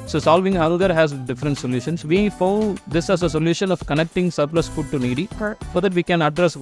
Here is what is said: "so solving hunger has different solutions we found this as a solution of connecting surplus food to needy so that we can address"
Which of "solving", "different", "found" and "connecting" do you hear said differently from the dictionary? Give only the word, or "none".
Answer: found